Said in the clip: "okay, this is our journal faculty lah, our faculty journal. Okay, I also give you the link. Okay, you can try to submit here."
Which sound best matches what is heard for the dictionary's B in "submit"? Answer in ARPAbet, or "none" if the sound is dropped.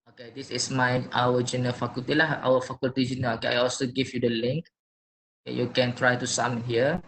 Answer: none